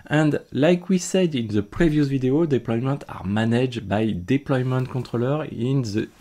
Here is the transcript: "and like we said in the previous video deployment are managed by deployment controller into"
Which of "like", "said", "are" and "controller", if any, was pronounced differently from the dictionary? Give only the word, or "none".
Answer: controller